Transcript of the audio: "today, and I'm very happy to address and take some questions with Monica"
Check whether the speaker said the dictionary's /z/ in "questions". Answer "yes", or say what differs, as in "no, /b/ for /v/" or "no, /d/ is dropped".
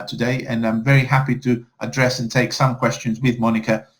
yes